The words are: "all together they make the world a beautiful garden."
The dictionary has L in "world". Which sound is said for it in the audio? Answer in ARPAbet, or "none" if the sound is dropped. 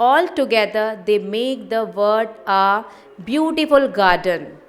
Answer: none